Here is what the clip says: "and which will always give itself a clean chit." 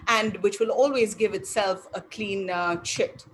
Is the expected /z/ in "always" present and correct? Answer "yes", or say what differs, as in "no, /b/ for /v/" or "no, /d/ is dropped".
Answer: yes